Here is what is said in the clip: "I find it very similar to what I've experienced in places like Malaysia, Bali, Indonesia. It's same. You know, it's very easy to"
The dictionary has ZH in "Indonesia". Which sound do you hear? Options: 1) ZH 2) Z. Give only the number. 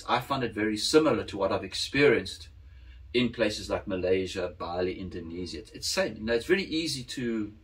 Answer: 2